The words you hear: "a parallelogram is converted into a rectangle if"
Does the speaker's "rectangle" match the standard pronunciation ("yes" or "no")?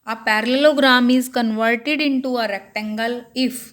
yes